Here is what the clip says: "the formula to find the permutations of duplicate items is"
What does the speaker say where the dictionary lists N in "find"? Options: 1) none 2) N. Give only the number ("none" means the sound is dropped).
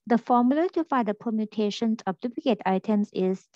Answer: 1